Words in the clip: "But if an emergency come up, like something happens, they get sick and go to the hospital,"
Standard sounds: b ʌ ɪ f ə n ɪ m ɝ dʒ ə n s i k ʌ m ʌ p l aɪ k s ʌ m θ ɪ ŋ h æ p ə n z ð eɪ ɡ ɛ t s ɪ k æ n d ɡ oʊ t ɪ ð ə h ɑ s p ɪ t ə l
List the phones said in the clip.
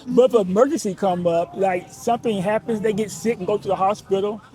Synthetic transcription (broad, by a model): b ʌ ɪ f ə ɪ m ɝ dʒ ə n s i k ʌ m ʌ p l aɪ k s ʌ m θ ɪ ŋ h æ p ə n z ð eɪ ɡ ɛ t s ɪ k n ɡ oʊ t ɪ ð ə h ɑ s p ɪ t l